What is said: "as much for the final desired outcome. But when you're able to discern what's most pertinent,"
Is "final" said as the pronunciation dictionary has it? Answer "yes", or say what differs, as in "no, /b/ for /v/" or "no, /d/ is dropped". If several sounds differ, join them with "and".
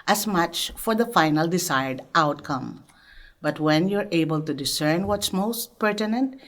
yes